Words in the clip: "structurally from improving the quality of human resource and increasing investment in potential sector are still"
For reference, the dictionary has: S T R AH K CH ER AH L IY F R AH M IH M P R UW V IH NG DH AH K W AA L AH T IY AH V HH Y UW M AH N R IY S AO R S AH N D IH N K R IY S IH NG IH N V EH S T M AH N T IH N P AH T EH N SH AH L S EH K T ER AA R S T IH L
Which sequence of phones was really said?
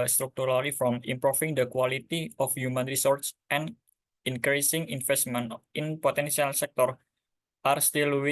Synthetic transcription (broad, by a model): S T R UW K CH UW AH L IY F R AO M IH M P R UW F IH NG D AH K W AA L AH T IY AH F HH Y UW M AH N R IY S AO R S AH N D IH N K R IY S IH NG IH N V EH S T M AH N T IH N P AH T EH N S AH L S EH K T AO AA R S T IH L